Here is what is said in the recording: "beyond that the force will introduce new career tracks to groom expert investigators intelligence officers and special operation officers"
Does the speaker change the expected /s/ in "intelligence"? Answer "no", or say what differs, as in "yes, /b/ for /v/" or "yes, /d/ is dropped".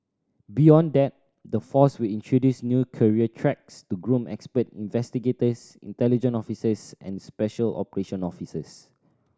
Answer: yes, /s/ is dropped